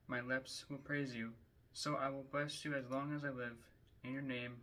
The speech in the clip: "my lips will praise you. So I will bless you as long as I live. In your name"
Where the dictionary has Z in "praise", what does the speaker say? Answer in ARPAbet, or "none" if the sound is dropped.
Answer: Z